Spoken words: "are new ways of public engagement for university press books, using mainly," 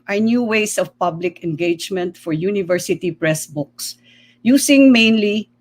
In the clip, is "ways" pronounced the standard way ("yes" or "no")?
no